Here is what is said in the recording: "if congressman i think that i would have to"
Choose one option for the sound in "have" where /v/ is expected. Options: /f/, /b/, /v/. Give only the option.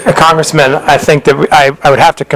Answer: /f/